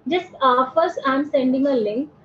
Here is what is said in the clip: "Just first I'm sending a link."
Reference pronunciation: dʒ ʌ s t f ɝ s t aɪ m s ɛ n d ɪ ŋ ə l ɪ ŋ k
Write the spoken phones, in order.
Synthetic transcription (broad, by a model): dʒ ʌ s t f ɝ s aɪ m s ɛ n d ɪ ŋ ə l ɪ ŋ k